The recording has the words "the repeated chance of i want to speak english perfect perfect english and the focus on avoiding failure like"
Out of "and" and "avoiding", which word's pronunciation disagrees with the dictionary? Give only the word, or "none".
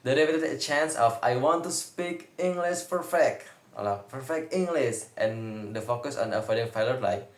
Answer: avoiding